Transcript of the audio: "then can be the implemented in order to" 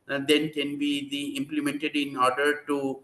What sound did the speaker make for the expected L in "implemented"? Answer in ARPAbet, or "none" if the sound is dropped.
L